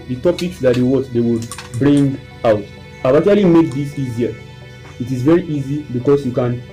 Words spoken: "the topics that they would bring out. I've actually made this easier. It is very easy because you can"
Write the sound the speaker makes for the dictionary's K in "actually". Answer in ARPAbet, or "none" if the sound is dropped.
none